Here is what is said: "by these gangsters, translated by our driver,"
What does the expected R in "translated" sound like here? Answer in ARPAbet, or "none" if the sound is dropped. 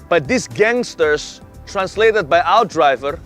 R